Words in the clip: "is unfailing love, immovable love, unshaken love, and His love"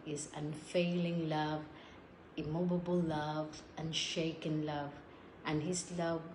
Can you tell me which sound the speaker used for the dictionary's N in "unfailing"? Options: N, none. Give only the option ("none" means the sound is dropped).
N